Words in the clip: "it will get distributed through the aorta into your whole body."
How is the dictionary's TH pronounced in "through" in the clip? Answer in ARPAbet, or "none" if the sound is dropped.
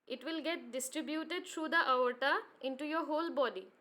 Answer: T